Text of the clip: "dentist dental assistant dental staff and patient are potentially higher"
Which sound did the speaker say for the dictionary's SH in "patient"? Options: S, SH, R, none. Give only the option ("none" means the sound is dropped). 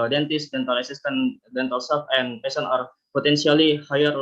S